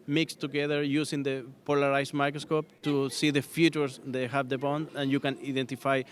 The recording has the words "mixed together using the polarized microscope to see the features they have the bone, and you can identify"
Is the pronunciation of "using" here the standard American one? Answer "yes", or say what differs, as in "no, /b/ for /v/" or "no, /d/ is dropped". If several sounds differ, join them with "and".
no, /s/ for /z/